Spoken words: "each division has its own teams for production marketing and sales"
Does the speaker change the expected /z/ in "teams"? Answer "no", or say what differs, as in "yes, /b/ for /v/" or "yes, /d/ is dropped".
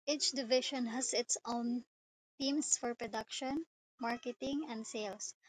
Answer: yes, /s/ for /z/